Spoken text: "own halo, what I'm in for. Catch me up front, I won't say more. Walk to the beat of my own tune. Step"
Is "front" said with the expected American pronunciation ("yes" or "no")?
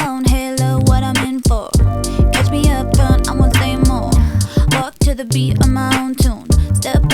no